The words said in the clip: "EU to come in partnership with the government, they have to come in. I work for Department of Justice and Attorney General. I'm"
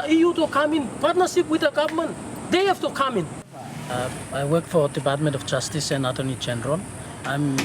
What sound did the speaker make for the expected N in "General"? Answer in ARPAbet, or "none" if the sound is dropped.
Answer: N